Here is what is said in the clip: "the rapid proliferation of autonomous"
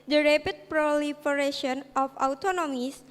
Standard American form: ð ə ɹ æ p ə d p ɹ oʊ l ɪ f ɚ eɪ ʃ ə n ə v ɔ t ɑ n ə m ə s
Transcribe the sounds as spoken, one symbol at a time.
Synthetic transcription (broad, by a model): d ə ɹ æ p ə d p ɹ oʊ l ɪ f ɚ eɪ ʃ ə n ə f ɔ t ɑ n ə m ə s